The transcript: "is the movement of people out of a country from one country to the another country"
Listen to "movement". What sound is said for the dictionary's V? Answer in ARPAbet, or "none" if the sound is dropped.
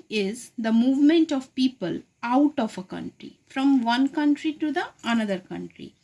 V